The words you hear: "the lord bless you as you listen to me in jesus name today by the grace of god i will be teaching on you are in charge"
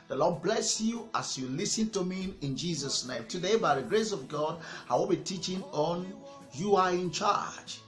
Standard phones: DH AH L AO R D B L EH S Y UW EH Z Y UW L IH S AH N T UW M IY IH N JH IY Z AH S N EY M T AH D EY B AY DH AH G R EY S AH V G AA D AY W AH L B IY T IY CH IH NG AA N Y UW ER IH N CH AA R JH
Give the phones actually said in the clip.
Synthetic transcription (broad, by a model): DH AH L AO D B L EH S Y UW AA S Y UW L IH S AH N T UW M IY IH N JH IY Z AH S N EY M T AH D EY B AY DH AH G R EY S AH V G AA D AY W AH L B IY T IY CH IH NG AA N Y UW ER IH N CH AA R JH